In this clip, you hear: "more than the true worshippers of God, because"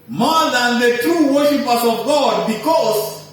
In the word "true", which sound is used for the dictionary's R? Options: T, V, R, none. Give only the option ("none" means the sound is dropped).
R